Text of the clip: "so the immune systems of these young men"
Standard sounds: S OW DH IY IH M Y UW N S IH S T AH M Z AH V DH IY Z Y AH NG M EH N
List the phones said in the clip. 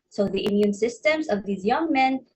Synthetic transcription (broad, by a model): S OW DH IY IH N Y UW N S IH S T AH M Z AH V DH IY Z Y AH NG M EH N